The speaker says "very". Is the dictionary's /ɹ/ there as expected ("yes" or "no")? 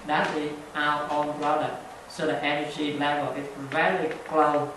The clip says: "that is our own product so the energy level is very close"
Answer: no